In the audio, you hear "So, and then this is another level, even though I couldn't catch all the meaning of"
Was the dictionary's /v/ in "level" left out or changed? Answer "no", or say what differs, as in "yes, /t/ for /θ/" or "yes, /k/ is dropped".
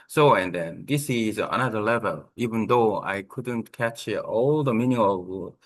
no